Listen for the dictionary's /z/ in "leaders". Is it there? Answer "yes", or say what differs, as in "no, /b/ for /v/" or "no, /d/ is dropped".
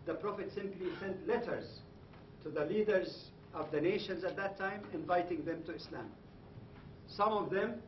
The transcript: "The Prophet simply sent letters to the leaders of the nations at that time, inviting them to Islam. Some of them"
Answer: yes